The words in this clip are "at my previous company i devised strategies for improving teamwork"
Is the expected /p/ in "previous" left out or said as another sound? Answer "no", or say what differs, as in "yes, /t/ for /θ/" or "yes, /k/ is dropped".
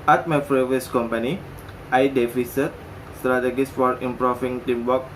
yes, /f/ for /p/